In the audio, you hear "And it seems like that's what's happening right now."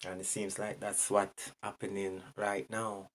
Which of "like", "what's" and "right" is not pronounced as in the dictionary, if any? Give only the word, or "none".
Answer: what's